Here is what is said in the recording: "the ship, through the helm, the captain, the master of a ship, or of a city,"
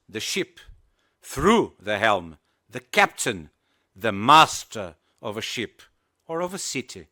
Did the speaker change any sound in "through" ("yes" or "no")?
no